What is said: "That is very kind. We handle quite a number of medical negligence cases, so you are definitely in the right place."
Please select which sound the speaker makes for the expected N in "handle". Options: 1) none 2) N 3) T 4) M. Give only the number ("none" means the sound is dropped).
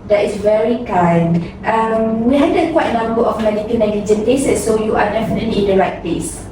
1